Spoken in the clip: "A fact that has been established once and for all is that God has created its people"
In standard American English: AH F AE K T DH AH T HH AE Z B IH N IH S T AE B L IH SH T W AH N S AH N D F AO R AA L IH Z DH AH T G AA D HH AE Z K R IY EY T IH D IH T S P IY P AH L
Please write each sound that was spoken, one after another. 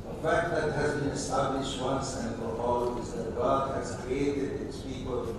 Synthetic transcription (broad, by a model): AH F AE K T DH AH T HH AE Z B IH N IH S T AE B L IH SH T W AH N S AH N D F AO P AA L IH Z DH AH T G AA D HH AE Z K R IY EY T IH D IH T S P IY P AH L